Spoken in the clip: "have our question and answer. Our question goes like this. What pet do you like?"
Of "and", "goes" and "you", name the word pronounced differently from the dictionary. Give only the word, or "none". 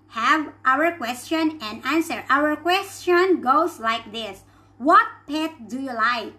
goes